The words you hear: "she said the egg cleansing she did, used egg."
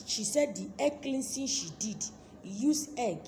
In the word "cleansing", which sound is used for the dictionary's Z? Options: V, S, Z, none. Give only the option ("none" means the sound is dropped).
S